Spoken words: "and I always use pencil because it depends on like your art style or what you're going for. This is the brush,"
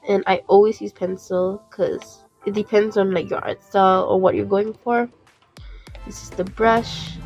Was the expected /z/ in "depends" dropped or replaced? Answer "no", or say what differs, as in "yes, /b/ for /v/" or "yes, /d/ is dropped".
no